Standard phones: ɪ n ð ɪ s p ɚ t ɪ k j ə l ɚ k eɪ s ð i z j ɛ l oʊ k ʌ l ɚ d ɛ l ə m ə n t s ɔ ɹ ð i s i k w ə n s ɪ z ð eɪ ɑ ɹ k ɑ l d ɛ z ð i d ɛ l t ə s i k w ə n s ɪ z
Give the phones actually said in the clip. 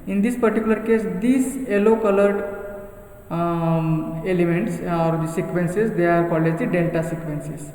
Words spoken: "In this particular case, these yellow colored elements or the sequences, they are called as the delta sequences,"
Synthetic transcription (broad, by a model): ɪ n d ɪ s p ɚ t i k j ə l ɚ k eɪ s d i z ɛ l oʊ k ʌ l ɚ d ɛ l ə m ə n t s ɔ ɹ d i s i k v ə n s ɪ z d eɪ ɑ ɹ k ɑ l ɛ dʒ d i d ɛ l t ə s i k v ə n s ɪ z